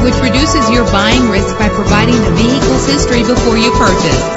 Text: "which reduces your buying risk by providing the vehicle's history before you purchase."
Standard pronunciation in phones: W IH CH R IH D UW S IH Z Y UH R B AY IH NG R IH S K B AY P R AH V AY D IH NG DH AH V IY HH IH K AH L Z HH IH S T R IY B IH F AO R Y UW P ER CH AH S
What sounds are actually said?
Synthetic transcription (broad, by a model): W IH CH R IH D UW S IH Z Y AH R B AY IH NG R IH S K B AY P R AH V AY D IH NG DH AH V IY HH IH K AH L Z HH IH S T R IY B IH F AO R Y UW P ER CH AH S